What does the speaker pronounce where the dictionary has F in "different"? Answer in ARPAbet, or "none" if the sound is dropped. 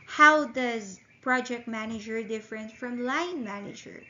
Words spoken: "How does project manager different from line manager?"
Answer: F